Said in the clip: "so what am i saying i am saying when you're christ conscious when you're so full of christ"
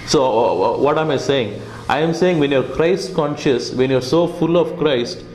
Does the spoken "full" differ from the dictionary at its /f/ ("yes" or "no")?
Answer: no